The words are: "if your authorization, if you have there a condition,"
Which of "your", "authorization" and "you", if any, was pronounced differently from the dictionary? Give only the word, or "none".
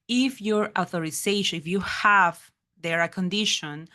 authorization